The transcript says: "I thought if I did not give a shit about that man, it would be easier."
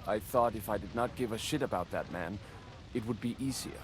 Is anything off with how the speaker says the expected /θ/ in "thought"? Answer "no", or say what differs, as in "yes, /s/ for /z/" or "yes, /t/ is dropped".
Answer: no